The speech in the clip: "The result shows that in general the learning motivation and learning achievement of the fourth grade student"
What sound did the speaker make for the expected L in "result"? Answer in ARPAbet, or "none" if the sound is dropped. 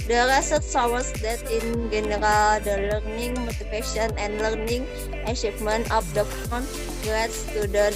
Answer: none